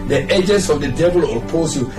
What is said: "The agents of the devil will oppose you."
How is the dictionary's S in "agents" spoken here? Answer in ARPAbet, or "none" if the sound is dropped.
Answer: S